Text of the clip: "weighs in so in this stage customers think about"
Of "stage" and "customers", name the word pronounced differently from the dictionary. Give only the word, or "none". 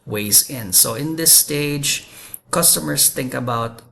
customers